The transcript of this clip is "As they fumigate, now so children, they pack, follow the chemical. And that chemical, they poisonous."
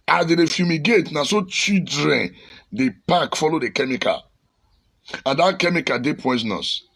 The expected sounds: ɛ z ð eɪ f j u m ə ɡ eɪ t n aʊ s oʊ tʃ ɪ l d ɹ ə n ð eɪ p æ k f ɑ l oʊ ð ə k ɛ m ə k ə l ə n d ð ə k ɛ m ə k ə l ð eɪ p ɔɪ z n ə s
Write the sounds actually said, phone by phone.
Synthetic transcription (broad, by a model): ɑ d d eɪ f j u m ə ɡ eɪ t n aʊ s oʊ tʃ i d ɹ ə n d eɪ p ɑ k f ɑ l oʊ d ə k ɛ m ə k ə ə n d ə k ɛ m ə k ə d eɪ p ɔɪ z n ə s